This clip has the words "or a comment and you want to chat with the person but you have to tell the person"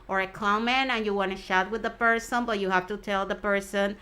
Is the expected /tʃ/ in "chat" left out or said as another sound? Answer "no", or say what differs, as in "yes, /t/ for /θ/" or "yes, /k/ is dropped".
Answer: yes, /ʃ/ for /tʃ/